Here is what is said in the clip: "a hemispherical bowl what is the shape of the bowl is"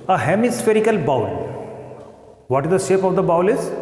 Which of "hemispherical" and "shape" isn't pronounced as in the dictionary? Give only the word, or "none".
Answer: none